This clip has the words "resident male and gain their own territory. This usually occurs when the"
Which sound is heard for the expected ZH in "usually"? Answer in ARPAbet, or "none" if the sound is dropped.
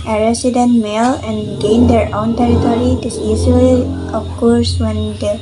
Z